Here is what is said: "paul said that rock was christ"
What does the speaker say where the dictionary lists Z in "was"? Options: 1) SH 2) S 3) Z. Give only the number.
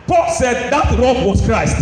2